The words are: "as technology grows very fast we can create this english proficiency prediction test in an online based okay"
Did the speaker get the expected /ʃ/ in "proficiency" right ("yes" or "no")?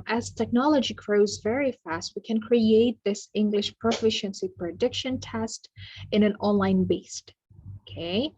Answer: yes